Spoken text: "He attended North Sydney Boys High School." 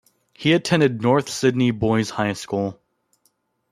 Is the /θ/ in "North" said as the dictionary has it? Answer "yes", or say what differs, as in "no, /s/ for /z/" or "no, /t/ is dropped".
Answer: yes